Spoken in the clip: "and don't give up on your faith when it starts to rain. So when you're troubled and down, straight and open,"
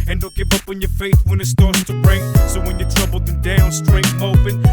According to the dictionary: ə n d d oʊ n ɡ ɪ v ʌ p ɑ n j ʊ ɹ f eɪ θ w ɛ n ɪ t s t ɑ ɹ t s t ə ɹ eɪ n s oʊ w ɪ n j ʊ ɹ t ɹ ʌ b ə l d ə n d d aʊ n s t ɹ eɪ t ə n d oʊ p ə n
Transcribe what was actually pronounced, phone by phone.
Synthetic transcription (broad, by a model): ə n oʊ l ɡ ɪ v ʌ p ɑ n j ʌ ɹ f eɪ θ w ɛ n ɪ t s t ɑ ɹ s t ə ɹ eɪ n s oʊ w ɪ n j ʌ ɹ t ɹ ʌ b l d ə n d d aʊ n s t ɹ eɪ ə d oʊ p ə n